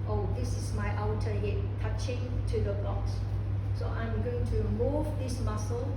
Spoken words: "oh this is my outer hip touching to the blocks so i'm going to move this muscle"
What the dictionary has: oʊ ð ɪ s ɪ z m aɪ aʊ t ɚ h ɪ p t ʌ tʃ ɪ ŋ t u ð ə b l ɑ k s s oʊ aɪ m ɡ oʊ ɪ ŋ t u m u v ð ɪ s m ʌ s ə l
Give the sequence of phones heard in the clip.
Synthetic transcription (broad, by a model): oʊ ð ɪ s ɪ s m aɪ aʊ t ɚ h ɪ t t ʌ tʃ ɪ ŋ t u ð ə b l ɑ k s s oʊ aɪ m ɡ oʊ ɪ ŋ t u m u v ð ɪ s m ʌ s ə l